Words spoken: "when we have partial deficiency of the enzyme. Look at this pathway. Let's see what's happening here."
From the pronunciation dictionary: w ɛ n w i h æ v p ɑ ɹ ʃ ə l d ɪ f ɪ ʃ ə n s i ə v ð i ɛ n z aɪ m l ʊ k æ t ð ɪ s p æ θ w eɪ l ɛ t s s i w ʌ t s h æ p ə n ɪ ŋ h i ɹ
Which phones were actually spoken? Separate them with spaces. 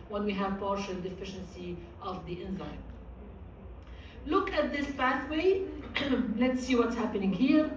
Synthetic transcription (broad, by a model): w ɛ n w i h æ v p ɑ ɹ ʃ ə l d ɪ f ɪ ʃ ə n s i ə v ð i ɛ n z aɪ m l ʊ k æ t ð ɪ s b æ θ w eɪ l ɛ t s s i w ʌ t s h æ p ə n ɪ ŋ h i ɹ